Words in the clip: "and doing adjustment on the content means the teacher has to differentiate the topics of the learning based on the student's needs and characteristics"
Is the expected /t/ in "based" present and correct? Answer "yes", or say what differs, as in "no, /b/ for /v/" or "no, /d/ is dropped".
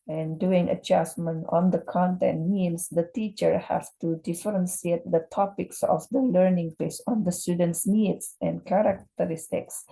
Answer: no, /t/ is dropped